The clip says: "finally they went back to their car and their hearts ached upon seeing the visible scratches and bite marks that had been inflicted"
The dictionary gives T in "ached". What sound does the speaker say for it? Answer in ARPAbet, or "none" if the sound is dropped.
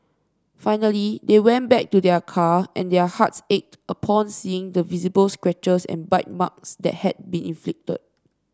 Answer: T